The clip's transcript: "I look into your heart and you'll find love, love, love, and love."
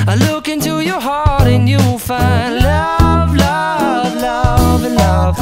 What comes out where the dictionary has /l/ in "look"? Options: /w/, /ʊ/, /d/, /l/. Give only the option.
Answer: /l/